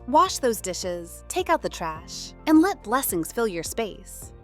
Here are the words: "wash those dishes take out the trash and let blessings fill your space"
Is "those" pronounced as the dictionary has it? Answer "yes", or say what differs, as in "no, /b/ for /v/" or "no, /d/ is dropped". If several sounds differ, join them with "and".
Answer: yes